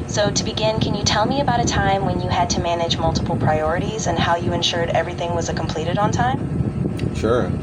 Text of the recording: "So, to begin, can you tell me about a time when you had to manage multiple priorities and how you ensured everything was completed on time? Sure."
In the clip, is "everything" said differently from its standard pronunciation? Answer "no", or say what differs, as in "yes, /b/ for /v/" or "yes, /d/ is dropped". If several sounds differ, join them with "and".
no